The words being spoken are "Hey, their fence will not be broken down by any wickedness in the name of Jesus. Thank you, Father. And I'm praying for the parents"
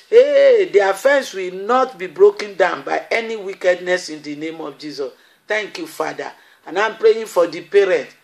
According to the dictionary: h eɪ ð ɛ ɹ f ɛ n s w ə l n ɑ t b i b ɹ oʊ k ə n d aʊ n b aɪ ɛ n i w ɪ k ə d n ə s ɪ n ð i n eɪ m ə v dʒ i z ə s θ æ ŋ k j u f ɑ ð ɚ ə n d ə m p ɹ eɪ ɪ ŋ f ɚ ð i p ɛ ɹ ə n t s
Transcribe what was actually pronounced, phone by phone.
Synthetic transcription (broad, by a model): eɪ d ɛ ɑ f ɛ n s w ə l n ɑ t b i b ɹ oʊ k ə n d aʊ n b aɪ ɛ n i w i k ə d n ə s ɪ n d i n eɪ m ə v dʒ i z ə s t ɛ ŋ k j u f ɑ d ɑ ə n ə m p ɹ eɪ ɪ f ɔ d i p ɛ ɹ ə n t